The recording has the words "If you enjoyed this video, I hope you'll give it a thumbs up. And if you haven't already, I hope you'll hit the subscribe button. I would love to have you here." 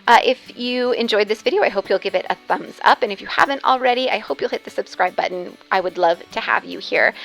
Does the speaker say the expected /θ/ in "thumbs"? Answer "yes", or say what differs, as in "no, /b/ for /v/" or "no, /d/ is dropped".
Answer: yes